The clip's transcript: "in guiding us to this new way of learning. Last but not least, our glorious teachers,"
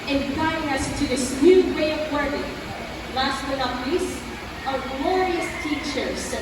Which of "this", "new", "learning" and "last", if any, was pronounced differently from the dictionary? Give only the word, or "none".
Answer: learning